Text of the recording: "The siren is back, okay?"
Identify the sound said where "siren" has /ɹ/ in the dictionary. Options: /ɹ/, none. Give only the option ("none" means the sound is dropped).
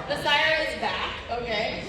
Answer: none